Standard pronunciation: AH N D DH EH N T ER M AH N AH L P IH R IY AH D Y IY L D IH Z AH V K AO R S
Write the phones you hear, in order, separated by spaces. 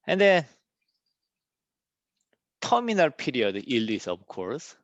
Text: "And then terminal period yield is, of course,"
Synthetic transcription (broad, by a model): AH N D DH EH N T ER M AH N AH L P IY R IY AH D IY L IH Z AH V K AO R S